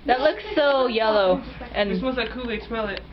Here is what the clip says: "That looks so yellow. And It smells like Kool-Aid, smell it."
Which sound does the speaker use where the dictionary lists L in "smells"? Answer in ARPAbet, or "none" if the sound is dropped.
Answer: none